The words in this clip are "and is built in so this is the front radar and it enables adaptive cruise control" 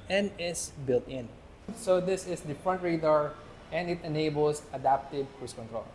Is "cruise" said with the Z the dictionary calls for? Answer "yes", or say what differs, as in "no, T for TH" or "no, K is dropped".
no, S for Z